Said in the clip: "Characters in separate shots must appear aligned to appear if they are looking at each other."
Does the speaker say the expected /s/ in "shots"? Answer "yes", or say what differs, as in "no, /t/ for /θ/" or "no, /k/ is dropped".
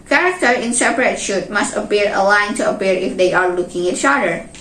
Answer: no, /s/ is dropped